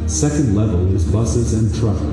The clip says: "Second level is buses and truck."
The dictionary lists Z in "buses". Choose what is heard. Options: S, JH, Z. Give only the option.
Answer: Z